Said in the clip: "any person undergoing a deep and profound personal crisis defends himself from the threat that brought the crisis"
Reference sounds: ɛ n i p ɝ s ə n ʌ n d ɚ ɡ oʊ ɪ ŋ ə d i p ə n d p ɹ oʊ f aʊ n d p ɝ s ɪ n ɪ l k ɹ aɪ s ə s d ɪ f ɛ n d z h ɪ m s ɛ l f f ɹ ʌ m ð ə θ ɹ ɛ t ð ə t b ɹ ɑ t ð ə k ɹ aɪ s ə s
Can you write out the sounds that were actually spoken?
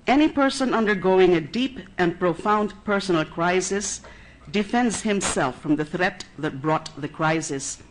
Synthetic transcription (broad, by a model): ɛ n i p ɝ s ə n ʌ n d ɚ ɡ oʊ ɪ ŋ ə d i p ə n p ɹ oʊ f aʊ n d p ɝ s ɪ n l k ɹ aɪ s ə s d ɪ f ɛ n d z h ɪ m s ɛ l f f ɹ ʌ m ð ə θ ɹ ɛ t ð ə t b ɹ ɑ t ð ə k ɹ aɪ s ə s